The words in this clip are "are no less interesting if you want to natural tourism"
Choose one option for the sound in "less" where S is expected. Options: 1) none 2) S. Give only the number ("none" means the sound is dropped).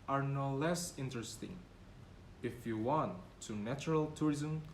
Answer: 2